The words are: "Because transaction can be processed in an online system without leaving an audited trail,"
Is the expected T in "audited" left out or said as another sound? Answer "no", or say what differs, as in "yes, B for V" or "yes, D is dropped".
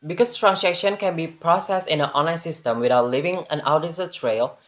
yes, S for T